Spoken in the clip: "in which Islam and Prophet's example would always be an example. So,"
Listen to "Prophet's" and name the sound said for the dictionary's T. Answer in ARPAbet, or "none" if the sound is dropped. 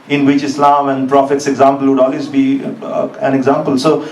T